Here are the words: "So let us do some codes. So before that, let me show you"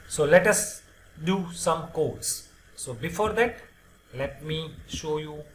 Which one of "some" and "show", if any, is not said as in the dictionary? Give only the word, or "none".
none